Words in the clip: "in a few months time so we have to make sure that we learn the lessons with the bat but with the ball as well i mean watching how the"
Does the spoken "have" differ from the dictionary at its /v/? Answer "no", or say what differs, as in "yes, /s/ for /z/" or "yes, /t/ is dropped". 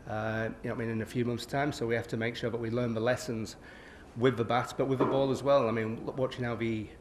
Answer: yes, /f/ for /v/